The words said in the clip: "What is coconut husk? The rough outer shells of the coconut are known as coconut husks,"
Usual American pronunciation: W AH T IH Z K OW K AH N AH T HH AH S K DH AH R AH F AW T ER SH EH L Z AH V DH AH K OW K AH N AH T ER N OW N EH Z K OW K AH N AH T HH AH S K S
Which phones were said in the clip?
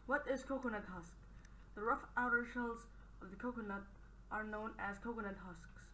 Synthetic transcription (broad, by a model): W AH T IH Z K OW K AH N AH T HH AH S K DH AH R AH F AW T ER SH EH L Z AH V DH AH K OW K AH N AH T ER N OW N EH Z K OW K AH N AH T HH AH S K S